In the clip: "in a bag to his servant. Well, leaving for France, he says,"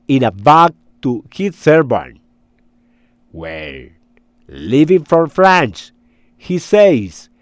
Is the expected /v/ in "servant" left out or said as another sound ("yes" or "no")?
yes